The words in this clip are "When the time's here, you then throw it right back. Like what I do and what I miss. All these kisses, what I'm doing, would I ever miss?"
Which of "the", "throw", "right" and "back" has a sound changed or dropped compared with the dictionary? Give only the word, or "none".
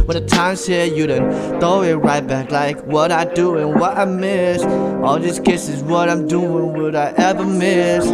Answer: throw